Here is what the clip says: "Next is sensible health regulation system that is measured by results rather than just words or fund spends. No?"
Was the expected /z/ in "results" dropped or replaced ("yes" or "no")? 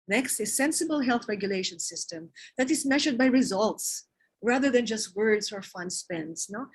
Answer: no